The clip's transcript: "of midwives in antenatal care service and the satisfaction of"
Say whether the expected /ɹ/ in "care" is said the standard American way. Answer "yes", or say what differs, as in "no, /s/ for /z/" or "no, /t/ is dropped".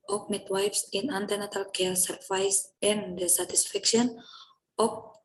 no, /l/ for /ɹ/